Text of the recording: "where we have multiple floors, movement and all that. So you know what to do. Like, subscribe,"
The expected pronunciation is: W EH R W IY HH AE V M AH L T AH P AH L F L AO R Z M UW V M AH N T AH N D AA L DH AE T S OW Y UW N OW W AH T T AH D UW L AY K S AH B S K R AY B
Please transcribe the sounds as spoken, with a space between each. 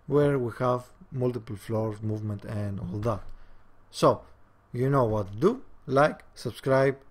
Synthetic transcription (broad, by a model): W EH R W IY HH AE V M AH L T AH P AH L F L AO R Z M UW V M AH N T AH N D AA L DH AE T S OW Y UW N OW W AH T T D UW L AY K S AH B S K R AY B